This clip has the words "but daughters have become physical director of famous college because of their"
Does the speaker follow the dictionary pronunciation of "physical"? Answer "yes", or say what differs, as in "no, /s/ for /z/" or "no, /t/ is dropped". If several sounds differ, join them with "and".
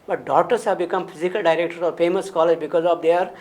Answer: no, /p/ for /f/